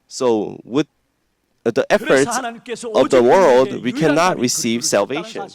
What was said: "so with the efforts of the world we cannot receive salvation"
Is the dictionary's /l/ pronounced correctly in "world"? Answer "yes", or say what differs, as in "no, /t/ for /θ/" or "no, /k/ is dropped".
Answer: yes